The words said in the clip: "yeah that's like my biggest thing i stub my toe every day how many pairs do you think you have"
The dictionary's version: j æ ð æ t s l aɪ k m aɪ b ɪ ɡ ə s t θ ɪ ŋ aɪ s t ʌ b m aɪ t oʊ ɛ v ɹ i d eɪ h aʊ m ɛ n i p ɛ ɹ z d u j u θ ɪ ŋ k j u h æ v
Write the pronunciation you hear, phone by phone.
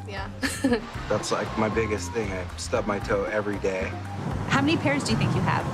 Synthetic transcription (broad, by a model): j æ ð æ t s l aɪ k m aɪ b ɪ ɡ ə s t θ ɪ ŋ aɪ s t ʌ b m aɪ t oʊ ɛ v ɹ i d eɪ h aʊ m ɛ n i p ɛ ɹ z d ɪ j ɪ θ ɪ ŋ k j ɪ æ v